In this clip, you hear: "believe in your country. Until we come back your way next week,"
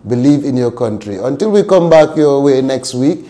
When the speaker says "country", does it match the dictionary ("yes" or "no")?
yes